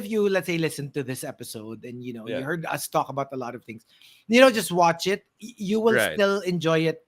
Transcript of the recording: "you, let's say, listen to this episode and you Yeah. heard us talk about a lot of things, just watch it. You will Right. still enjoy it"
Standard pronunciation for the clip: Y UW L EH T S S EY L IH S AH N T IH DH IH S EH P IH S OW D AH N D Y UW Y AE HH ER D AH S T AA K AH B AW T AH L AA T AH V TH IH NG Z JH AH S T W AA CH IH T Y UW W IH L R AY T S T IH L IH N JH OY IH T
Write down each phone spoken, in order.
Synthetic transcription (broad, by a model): Y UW L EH T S S EY L IH S AH N T IH DH IH S EH P IH S OW D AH N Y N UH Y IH HH ER D AH S T AA K AH B AW T AH L AA T AH V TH IH NG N JH AH S T W AA CH IH T Y UW W IH L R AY S T IH L IH N JH OY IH T